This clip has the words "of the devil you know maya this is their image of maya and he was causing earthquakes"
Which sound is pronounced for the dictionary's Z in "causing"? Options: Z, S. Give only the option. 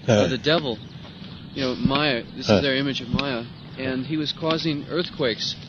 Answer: Z